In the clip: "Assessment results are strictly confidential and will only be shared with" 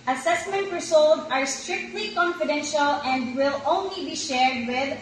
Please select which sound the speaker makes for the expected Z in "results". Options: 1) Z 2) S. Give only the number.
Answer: 2